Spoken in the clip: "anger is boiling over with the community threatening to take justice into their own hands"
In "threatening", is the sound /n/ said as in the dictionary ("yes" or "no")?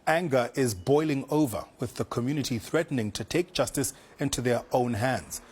yes